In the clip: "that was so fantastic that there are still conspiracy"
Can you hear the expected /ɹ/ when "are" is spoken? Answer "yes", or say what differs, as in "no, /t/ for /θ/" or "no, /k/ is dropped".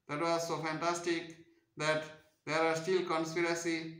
yes